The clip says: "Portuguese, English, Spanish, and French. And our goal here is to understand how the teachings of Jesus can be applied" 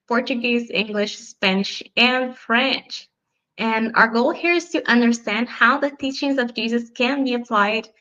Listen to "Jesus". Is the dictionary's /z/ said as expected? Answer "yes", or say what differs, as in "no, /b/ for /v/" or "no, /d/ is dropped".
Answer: yes